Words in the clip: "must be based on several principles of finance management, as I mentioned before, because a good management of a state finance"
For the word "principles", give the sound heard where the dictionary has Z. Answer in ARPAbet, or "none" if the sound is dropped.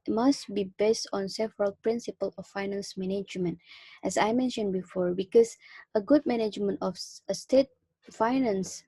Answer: none